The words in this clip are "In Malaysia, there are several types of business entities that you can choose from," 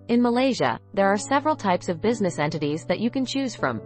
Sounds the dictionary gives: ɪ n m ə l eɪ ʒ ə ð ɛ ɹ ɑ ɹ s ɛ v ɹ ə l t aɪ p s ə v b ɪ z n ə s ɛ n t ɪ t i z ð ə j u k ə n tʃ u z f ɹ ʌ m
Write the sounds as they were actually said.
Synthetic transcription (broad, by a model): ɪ n m ə l eɪ ʒ ə ð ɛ ɹ ɑ ɹ s ɛ v ɹ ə l t aɪ p s ə v b ɪ z n ə s ɛ n t ɪ t i z ð ə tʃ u k ə n tʃ u z f ɹ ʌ m